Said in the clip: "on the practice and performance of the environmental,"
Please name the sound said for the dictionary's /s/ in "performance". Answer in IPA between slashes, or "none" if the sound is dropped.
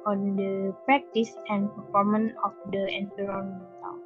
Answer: none